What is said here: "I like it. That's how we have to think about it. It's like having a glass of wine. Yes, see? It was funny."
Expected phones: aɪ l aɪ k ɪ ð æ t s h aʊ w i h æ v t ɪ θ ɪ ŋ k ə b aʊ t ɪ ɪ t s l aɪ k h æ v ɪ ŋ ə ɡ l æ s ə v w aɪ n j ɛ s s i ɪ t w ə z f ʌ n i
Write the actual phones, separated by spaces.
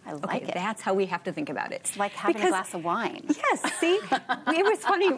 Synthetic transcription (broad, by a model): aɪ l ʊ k ɪ ð æ t s h aʊ w i h æ f t ɪ θ ɪ ŋ k ə b aʊ t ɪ ɪ t s l aɪ k h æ b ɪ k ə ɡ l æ s ə v w aɪ n j ɛ s s i ɪ t w ə z f ʌ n i